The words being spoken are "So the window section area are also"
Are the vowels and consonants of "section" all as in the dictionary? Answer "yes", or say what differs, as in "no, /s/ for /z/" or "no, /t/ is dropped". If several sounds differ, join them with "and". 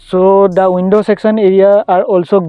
no, /s/ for /ʃ/